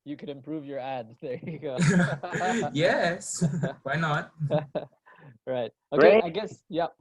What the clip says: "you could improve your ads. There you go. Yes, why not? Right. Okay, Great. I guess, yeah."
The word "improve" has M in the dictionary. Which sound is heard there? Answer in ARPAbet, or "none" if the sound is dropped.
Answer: M